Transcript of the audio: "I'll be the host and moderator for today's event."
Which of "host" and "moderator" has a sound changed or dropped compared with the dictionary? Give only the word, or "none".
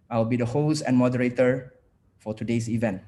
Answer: host